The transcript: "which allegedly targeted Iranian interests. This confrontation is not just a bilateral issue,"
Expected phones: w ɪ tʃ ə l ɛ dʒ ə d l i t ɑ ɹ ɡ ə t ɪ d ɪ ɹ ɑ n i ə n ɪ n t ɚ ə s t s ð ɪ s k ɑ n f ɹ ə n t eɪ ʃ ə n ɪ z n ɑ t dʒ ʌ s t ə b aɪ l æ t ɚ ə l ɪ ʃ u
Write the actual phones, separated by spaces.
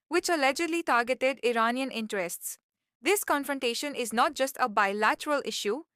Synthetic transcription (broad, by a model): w ɪ tʃ ə l ɛ dʒ ə d l i t ɑ ɹ ɡ ə t ɪ d ɪ ɹ ɑ n i ə n ɪ n t ɚ ə s t s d ɪ s k ɑ n f ɹ ə n t eɪ ʃ ə n ɪ z n ɑ t dʒ ʌ s t ə b aɪ l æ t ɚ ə l ɪ ʃ u